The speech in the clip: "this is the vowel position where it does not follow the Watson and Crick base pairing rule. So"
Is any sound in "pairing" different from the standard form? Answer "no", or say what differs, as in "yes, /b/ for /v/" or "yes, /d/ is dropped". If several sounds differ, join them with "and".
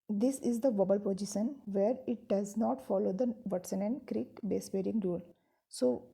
yes, /b/ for /p/